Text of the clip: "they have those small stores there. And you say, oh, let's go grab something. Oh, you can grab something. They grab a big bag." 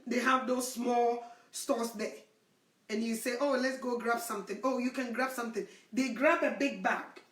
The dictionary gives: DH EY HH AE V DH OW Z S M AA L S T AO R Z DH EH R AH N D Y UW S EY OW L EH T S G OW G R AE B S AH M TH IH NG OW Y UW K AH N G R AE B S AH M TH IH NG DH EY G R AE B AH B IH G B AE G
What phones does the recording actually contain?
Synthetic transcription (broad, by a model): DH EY HH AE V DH OW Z S M AA L S T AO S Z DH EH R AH N Y UW S EY OW L EH T S G OW G R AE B S AH M TH IH NG OW Y UW K AH N G R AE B S AH M TH IH NG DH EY G R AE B AH B IH G B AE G